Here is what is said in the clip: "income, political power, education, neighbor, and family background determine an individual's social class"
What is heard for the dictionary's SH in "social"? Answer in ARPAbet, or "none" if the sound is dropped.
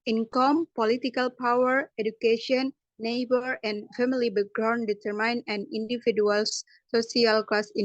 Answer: S